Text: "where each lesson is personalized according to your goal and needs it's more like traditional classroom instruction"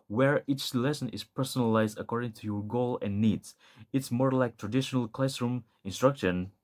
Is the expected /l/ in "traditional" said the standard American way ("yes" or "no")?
yes